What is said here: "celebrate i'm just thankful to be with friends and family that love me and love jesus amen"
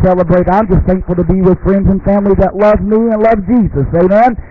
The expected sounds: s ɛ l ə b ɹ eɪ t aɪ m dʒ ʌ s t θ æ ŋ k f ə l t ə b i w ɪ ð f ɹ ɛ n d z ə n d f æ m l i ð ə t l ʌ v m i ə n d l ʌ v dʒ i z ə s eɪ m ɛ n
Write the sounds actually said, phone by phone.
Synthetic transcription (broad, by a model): s ɛ l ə b ɹ eɪ t aɪ m dʒ ʌ s t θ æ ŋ k f l t ə b i w ɪ ð f ɹ ɛ n d z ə n f æ m l i ð ə t l ʌ v m i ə n l ʌ v dʒ i z ə s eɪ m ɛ n